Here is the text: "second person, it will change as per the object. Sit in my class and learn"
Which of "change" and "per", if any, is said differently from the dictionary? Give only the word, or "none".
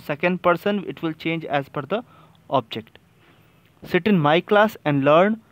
per